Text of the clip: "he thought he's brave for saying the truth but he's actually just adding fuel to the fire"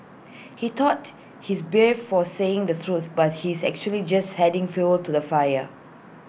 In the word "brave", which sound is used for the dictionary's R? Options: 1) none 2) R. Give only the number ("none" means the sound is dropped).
1